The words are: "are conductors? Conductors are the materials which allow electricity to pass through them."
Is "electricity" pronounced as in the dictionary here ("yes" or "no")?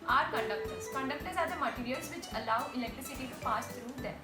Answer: yes